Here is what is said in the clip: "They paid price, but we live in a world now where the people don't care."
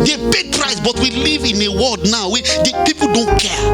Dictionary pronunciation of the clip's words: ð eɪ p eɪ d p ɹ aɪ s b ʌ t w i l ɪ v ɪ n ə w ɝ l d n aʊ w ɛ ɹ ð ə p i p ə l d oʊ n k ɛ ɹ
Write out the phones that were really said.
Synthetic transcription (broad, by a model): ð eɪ b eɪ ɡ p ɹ aɪ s b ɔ t w i l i v ɪ n ə w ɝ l d n aʊ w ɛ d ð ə p i p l d oʊ n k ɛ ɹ